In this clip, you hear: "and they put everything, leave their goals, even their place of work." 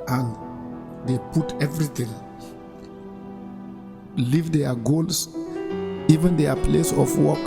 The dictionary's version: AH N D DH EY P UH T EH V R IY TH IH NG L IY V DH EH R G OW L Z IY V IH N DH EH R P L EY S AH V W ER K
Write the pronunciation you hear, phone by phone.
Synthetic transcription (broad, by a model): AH N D EY P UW T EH V R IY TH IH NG L IY V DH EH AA G OW L S IY V IH N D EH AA P L EY S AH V W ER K